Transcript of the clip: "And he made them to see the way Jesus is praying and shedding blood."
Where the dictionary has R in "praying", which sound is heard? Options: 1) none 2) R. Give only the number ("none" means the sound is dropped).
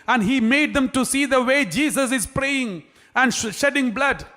2